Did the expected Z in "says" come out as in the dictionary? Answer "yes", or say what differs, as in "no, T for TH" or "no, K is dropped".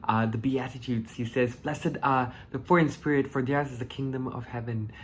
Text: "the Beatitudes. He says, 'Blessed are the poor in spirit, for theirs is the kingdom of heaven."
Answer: yes